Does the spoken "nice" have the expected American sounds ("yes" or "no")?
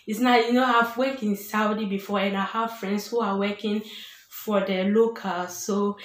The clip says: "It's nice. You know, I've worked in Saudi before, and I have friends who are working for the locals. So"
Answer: no